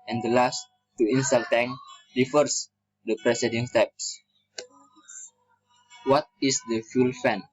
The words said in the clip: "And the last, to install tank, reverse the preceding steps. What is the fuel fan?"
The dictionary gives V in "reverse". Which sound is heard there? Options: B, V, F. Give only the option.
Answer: F